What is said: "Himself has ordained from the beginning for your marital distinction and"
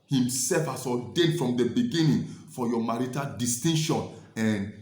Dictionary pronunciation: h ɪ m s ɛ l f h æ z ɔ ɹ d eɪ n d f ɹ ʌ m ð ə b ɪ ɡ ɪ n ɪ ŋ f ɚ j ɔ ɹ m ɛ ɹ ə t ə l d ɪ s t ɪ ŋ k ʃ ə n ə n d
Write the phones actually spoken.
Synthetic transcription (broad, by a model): h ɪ m s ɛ l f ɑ s ɔ d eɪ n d f ɹ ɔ m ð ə b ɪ ɡ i n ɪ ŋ f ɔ j ɔ m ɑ ɹ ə t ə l d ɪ s t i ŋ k ʃ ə n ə n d